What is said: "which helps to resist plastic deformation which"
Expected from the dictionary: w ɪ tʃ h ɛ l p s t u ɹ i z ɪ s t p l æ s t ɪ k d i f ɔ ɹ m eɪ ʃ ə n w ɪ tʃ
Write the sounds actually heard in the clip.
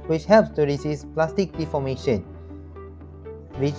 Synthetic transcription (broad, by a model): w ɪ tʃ h ɛ l p s t u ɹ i s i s p l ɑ s t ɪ k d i f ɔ m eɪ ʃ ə n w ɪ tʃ